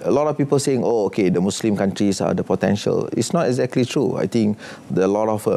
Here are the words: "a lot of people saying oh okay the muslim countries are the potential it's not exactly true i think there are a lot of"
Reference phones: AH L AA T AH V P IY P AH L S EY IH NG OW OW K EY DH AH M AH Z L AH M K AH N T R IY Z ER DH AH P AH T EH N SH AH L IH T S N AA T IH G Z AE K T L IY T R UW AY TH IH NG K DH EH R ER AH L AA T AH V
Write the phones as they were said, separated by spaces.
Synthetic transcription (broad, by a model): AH L AA T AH F P IY P AH L S EY IH NG OW OW K EY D AH M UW S L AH M K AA N T R IY S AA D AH P AH T EH N SH AH L IH T S N AA T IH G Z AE K T L IY T R UW AY T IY NG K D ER AH L AA T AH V